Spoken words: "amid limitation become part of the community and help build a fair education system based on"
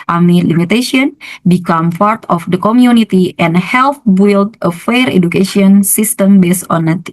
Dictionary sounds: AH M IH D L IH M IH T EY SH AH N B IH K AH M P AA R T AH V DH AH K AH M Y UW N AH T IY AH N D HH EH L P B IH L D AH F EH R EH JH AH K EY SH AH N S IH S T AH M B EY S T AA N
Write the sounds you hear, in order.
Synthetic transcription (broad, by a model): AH M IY L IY M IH T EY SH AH N B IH K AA M P AA R T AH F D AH K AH M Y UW N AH T IY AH N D HH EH L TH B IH L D AH F EH R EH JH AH K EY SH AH N S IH S T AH M B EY S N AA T